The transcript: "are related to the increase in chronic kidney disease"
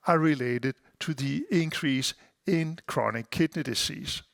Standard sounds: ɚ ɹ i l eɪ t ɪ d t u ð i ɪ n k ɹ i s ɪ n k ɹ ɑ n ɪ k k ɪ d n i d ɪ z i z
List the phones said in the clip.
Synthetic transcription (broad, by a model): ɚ ɹ i l eɪ t ɪ d t u ð i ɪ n k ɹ i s ɪ n k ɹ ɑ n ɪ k k ɪ d n i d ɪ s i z